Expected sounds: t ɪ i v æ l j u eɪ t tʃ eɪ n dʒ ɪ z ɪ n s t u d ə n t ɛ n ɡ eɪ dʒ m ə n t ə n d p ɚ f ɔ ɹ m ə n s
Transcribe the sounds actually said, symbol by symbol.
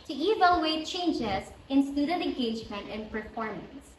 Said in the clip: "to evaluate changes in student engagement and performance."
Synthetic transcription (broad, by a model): t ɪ i v æ l j u eɪ t tʃ eɪ n dʒ ɪ z ɪ n s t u d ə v ɛ n ɡ eɪ dʒ m ə n t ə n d p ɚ f ɔ ɹ m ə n s